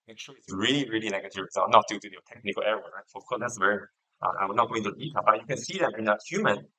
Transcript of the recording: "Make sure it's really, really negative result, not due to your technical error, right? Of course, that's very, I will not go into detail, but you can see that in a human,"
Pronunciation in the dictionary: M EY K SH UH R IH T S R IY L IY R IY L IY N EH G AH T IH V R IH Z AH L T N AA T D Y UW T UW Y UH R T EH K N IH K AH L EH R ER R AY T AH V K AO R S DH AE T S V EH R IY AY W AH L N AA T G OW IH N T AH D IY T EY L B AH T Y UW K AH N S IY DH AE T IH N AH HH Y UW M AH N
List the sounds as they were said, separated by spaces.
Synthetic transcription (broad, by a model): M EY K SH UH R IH S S R IY L IY R IY L IY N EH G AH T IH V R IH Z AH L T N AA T D Y UW T UW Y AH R T EH K N IH K AH L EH R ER R AY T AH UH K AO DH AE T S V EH R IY AY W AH N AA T G OW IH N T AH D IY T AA B AH T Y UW K AH N S IY DH AE T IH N AH HH Y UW M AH N